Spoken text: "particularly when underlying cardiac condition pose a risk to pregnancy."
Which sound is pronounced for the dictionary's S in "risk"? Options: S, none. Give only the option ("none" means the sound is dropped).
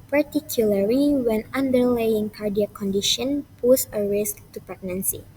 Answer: S